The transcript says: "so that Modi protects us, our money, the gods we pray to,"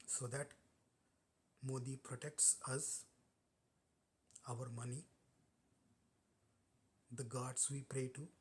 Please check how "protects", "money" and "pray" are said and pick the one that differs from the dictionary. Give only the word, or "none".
none